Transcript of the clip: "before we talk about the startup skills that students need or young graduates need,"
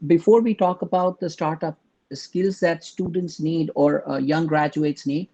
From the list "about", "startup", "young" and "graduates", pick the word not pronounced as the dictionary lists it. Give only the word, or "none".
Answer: none